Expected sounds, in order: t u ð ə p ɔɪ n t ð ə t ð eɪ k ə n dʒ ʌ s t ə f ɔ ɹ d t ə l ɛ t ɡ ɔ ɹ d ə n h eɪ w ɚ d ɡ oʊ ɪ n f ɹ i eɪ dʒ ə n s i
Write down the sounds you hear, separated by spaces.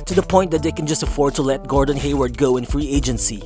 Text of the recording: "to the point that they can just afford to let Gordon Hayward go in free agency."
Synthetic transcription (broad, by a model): t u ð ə p ɔɪ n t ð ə t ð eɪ k ə n dʒ ʌ s t ə f ɔ ɹ d t ə l ɛ t ɡ ɔ ɹ d ə n h eɪ w ɚ d ɡ oʊ ɪ n f ɹ i eɪ dʒ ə n s i